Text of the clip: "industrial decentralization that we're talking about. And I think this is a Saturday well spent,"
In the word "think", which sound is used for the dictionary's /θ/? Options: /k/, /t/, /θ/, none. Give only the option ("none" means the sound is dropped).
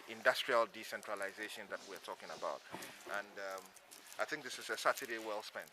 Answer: /θ/